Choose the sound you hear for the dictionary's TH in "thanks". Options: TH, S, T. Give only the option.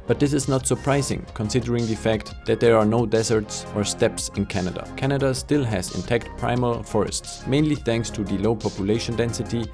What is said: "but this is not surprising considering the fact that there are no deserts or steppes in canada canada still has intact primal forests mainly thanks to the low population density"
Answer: TH